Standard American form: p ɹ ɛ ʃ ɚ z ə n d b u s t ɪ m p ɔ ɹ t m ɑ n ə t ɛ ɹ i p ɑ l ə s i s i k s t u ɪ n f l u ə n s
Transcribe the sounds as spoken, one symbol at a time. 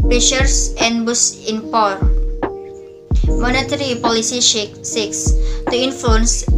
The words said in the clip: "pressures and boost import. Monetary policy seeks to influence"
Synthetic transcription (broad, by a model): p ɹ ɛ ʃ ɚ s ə n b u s ɪ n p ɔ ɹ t m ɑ n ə t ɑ ɹ i p ɑ l ə s i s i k s t u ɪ n f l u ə n s